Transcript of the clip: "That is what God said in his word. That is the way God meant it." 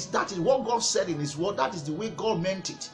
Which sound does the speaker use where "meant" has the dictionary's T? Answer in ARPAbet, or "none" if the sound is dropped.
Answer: T